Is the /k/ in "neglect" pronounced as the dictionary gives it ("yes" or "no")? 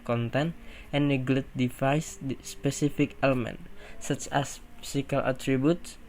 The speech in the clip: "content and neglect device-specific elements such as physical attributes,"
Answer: no